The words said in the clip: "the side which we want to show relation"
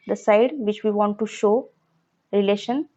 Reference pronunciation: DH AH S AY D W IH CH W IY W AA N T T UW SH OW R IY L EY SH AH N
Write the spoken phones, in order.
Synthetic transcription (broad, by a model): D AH S AY D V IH CH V IY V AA N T T UW SH OW R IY L EY SH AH N